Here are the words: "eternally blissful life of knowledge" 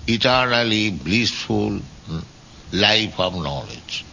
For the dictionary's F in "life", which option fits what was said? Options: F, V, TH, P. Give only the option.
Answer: P